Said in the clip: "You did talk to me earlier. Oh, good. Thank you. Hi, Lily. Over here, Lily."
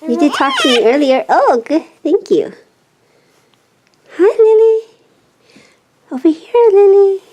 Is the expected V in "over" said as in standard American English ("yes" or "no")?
no